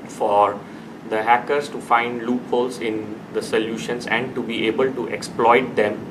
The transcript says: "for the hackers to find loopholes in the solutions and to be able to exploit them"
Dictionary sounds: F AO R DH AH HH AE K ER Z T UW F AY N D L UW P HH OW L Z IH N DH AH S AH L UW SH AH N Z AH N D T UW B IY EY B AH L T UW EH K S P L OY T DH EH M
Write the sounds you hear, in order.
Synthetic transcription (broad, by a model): F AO R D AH HH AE K ER S T UW F AY N D L UW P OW L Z IH N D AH S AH L UW SH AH N S AH N D T UW B IY EY B AH L T UW EH K S P L OY T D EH M